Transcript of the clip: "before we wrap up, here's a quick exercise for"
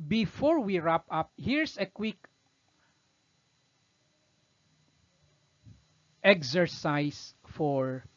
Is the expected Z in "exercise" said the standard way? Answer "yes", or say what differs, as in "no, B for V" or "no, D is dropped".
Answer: no, S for Z